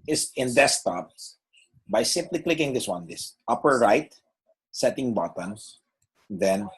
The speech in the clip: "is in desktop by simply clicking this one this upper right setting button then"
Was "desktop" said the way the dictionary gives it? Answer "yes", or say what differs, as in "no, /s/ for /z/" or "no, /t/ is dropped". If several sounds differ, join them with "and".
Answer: no, /k/ is dropped